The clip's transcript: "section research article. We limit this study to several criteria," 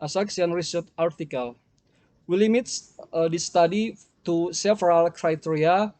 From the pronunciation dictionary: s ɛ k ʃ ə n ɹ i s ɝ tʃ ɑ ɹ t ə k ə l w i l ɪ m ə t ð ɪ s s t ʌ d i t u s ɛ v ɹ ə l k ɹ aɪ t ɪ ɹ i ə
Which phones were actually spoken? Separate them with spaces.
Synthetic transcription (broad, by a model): s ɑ k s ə n ɹ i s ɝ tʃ ɑ ɹ t ə k ə l w i l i m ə t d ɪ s s t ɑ d i t u s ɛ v ɹ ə l k ɹ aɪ t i ɹ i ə